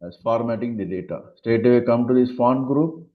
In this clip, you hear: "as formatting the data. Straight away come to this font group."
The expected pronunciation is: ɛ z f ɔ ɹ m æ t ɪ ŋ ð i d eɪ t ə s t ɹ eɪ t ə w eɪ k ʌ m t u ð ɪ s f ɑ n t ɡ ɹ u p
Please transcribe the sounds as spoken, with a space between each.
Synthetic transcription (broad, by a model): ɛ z f ɔ ɹ m æ t ɪ ŋ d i d eɪ t ə s t eɪ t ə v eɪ k ʌ m t u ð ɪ s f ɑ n ɡ ɹ u p